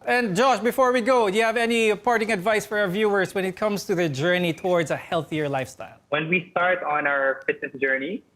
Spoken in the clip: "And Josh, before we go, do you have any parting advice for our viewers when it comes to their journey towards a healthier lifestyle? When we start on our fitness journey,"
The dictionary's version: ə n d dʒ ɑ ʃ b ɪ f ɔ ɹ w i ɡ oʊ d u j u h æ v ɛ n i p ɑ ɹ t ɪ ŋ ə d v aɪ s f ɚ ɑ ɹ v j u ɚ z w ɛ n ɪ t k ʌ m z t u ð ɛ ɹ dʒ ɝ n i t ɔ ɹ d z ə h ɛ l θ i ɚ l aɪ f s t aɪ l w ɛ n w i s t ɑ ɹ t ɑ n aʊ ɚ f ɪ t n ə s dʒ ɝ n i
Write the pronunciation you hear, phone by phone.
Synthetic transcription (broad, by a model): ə n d dʒ ɑ ʃ b ɪ f ɔ ɹ w i ɡ oʊ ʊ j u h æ v ɛ n i p ɑ ɹ t ɪ ŋ ə d v aɪ s f ɚ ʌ ɹ v j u ɚ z w ɛ n ɪ t k ʌ m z t u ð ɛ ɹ dʒ ɝ n i t ɔ ɹ d z ə h ɛ l θ i ɚ l aɪ f s t aɪ l w ɛ n w i s t ɑ ɹ t n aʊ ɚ f ɪ t n ə s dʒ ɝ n i